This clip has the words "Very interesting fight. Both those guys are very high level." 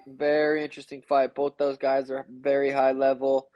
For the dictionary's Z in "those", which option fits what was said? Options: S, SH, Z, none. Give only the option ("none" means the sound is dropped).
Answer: Z